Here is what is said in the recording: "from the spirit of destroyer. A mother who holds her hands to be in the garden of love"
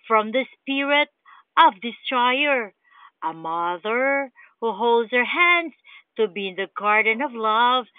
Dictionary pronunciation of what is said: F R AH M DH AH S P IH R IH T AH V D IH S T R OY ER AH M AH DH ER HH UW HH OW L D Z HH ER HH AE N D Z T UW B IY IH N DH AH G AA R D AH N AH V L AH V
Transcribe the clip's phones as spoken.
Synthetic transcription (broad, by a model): F R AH M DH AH S P IH R IH T AH V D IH S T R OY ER AH M AH DH ER HH UW HH OW L D Z HH ER HH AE N D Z T UW B IY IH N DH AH G AA R D AH N AH V L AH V